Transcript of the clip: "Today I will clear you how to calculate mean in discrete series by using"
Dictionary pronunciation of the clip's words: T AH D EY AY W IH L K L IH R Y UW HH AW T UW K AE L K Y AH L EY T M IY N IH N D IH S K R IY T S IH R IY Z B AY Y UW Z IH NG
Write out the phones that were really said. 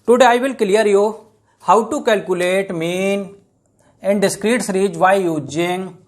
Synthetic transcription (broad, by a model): T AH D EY AY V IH L K L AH R Y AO HH AW T UW K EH L K Y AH L EY T M IY N IH N D IH S K R IY T S R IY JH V AY Y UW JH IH NG